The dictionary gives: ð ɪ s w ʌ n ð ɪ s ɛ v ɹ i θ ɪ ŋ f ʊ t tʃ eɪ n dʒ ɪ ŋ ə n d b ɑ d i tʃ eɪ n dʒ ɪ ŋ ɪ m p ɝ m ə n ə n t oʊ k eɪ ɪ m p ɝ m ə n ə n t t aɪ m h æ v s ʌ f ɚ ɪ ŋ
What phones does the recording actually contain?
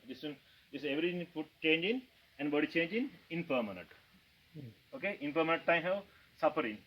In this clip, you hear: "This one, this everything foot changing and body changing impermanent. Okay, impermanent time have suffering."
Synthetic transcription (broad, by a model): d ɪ s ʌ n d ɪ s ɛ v ɹ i t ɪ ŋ p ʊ t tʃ eɪ n dʒ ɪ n ə n d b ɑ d i tʃ eɪ n dʒ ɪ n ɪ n p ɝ m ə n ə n t oʊ k eɪ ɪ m p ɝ m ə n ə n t t aɪ m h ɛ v s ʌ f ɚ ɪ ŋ